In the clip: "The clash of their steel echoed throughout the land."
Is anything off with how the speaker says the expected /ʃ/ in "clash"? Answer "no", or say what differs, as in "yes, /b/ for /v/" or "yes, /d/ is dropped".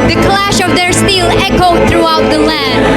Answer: no